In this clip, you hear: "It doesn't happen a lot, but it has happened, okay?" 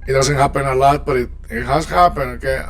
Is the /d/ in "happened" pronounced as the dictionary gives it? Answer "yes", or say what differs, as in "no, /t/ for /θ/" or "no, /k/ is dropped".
no, /d/ is dropped